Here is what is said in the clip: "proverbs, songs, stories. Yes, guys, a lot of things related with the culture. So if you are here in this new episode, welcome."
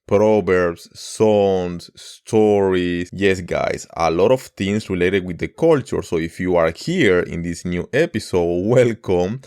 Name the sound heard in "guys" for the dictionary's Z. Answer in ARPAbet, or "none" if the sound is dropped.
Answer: S